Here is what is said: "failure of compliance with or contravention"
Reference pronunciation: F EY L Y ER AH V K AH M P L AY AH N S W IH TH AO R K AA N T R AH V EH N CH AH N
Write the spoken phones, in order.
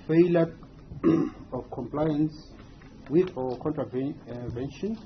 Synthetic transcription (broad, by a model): F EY L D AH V K AH M P L AY AH N S W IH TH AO W K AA N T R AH V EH N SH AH N